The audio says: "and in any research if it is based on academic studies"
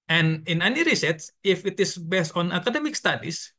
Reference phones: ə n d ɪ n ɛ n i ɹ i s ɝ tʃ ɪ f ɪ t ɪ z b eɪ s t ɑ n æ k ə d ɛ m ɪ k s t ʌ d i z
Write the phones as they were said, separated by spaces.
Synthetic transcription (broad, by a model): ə n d ɪ n ɛ n i ɹ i s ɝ s ɪ f ɪ t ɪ s b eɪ s t ɑ n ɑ k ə d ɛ m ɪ k s t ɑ d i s